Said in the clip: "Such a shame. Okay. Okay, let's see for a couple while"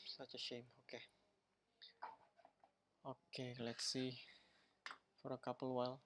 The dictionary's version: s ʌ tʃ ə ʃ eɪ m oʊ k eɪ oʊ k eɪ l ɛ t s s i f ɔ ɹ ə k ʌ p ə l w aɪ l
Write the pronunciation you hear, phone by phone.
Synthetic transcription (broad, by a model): s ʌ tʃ ə ʃ eɪ m oʊ k eɪ oʊ k eɪ l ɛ t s s i f ɔ ɹ ə k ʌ p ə l w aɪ l